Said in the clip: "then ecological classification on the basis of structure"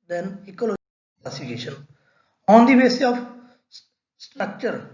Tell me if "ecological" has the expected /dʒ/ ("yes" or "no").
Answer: no